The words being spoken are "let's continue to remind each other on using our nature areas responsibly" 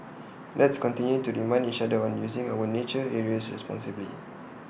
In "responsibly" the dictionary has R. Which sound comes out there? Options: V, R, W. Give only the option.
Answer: R